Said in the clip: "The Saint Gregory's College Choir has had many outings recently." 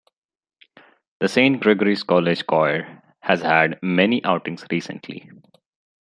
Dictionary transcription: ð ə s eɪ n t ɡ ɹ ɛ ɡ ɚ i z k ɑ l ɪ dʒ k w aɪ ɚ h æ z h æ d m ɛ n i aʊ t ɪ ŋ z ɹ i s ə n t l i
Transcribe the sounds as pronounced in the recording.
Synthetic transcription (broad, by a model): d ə s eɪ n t ɡ ɹ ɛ ɡ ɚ i s k ɑ l ɪ dʒ k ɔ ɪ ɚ h æ z h æ d m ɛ n i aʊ t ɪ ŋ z ɹ i s ə n t l i